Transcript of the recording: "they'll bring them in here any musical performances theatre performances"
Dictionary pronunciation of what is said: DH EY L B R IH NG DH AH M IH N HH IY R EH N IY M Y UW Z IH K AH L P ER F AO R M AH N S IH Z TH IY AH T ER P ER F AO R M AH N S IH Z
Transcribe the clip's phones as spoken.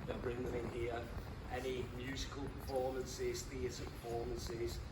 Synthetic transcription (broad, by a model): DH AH B R IH NG DH AH M IH N HH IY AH EH N IY M Y UW Z IH K AH L P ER F AO M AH N S IH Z TH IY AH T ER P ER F AO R M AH N S IH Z